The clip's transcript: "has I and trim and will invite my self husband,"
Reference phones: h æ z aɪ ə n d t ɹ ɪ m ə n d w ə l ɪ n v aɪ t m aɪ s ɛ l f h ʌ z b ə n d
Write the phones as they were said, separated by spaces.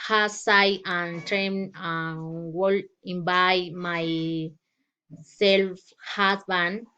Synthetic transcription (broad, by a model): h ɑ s aɪ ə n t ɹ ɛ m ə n w ə l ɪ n b aɪ m aɪ s ɛ l f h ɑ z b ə n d